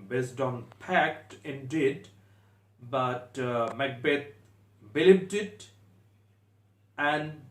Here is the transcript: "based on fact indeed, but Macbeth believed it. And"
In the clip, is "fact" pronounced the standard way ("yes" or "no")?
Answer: no